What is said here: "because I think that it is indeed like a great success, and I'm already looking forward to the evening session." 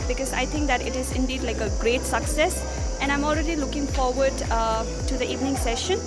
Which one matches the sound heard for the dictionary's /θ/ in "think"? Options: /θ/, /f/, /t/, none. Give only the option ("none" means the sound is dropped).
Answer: /t/